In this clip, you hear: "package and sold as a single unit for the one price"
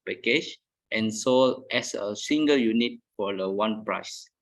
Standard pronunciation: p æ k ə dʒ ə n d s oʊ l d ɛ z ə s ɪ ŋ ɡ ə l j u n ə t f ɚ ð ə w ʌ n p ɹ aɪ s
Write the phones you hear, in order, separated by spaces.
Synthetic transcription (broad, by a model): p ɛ k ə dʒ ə n s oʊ l ɛ s ə s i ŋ ɡ ə l j u n ə t f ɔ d ə w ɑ n p ɹ aɪ s